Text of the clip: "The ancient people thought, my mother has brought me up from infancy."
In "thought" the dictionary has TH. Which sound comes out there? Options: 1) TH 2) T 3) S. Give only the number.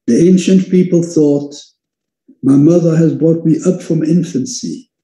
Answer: 1